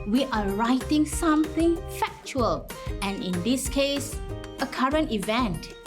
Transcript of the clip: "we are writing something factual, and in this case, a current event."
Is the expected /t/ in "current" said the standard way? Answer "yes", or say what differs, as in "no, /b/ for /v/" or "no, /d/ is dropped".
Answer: yes